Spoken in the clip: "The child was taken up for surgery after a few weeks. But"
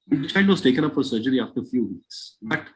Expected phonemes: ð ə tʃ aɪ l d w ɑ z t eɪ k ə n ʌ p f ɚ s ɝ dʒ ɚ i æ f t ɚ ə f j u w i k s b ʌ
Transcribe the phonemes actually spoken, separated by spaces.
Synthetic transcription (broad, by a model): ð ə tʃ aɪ n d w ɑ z t eɪ k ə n ʌ p f ɚ s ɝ dʒ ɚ i æ f t ɚ ə f j u w i k s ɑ